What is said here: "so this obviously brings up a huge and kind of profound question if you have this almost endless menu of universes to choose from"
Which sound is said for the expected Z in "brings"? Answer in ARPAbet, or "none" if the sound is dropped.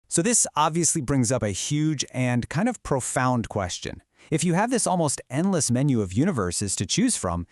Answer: Z